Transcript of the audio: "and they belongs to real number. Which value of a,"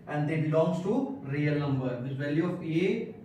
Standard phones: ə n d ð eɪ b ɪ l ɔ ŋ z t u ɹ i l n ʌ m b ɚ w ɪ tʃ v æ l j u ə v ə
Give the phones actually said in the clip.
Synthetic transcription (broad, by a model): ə n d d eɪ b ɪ l ɔ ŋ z t u ɹ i l n ʌ m b ɚ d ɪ s v æ l j u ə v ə